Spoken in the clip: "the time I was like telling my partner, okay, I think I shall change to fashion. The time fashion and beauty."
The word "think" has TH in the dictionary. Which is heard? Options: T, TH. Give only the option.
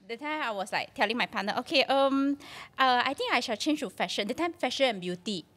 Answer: T